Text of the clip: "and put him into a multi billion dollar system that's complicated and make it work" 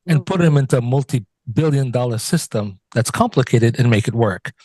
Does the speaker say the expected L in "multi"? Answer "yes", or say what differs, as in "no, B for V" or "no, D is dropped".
yes